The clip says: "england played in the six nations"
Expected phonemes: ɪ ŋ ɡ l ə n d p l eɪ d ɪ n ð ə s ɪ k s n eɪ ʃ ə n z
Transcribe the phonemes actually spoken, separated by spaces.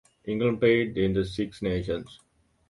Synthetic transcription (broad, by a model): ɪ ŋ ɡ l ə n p eɪ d ɪ n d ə s ɪ k s n eɪ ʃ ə n s